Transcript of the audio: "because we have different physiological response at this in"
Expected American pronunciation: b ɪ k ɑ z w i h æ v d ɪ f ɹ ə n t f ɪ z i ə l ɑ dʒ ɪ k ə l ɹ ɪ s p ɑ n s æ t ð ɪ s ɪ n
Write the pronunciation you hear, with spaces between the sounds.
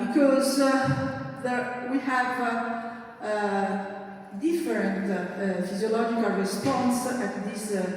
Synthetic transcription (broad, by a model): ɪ k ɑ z w i h æ v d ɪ f ɹ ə n t f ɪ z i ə l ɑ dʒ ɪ k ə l ɹ ɪ s p ɑ n s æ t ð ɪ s